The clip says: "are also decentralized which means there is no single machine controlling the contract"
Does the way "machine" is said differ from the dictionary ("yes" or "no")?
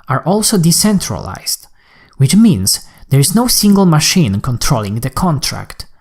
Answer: no